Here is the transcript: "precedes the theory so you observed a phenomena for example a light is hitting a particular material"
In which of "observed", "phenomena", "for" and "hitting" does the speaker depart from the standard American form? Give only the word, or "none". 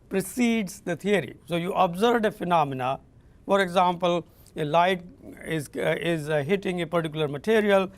observed